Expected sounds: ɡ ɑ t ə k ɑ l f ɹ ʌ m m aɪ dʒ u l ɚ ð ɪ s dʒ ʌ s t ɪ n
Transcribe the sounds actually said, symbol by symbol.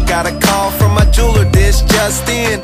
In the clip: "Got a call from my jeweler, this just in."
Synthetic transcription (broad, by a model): ɡ ɑ t ə k ɑ l f ɹ ʌ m m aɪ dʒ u l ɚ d ɪ ʃ dʒ ʌ s t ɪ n